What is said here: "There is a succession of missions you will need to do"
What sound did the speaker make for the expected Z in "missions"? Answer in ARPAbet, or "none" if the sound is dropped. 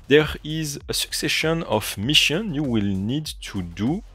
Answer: none